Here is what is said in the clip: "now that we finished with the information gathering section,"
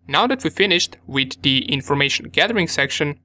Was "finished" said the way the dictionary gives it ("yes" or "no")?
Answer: yes